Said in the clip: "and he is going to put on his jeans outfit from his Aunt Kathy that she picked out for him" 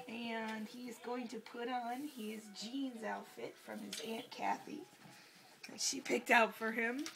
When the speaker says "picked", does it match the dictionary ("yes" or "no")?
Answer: yes